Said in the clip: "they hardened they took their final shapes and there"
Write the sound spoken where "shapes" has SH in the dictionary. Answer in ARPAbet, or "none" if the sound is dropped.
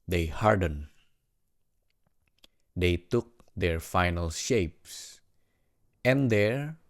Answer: SH